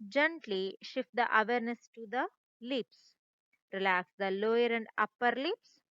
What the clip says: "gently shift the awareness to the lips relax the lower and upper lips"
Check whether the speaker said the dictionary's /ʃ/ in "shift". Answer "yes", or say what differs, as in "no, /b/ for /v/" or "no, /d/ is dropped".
yes